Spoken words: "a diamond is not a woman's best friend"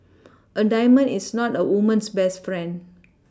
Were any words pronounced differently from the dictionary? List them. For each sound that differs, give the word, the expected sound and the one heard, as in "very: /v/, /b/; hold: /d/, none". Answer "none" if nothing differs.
diamond: /d/, none; is: /z/, /s/; woman's: /z/, /s/